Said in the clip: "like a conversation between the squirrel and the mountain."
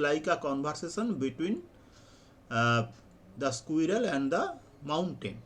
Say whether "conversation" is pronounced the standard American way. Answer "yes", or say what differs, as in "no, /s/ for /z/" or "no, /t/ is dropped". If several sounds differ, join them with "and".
no, /b/ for /v/ and /s/ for /ʃ/